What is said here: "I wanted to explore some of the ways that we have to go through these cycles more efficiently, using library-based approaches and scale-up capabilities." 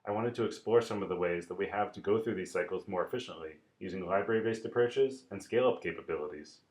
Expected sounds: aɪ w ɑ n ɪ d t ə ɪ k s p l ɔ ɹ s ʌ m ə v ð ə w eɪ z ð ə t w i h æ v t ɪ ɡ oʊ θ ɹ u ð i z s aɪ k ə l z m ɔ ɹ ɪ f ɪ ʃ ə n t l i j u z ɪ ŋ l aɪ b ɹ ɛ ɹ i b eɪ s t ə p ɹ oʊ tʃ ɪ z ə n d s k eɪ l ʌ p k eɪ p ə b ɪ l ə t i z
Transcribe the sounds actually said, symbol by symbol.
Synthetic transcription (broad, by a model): aɪ w ɑ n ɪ d t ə ɪ k s p l ɔ ɹ s ʌ m ə v ð ə w eɪ z ð ə t w i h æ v t ɪ ɡ oʊ θ ɹ u ð i z s aɪ k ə l z m ɔ ɹ ɪ f ɪ ʃ ə n t l i j u z ɪ ŋ l aɪ b ɹ ɛ ɹ i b eɪ s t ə p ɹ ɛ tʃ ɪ z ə n s k eɪ l ʌ p k eɪ p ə b ɪ l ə t i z